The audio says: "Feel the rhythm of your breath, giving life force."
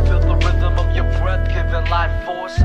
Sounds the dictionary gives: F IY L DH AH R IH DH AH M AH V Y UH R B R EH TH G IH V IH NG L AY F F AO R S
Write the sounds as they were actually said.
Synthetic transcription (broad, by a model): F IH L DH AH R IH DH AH M AH V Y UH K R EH T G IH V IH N L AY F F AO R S